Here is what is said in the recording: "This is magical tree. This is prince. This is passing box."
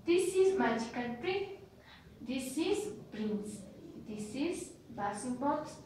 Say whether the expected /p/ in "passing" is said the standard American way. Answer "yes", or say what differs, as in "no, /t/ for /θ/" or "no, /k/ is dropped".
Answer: no, /b/ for /p/